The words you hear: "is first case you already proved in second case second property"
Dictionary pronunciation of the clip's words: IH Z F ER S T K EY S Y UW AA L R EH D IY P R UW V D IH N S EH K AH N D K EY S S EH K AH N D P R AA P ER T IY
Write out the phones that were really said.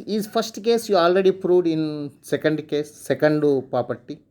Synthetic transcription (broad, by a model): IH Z P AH S T K EY S Y UW AA L R EH D IY P R UW V D IH N S EH K AH N D K EY S S EH K AH N D P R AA P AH T IY